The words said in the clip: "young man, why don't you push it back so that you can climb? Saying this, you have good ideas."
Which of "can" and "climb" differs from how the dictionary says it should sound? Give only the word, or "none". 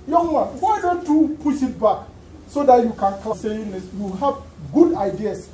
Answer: climb